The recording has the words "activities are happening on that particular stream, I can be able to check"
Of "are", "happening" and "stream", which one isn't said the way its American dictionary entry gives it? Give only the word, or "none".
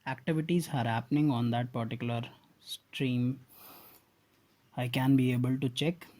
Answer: none